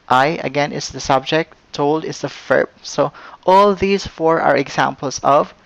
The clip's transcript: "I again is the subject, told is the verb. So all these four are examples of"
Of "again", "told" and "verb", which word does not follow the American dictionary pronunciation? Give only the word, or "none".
verb